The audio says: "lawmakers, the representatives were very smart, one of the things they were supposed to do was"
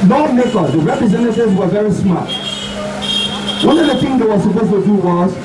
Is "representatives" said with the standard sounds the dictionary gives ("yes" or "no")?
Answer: no